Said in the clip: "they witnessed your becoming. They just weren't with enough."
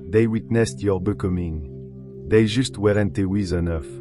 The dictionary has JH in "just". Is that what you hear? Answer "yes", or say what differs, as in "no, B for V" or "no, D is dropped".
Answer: no, ZH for JH